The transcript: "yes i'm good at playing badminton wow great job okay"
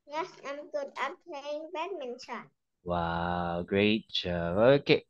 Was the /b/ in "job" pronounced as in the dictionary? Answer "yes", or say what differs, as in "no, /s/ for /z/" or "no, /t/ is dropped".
no, /b/ is dropped